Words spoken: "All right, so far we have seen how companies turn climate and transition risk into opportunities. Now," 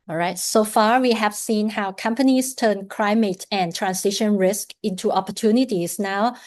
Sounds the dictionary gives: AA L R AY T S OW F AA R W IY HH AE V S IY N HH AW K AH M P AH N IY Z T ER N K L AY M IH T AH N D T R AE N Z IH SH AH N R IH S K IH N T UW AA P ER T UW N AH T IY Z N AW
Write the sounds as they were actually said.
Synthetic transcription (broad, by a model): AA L R AY T S OW F AA R W IY HH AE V S IY N HH AW K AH M P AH N IY S T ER N K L AY M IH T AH N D T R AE N S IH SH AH N R IH S K IH N T UW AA P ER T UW N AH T IY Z N AW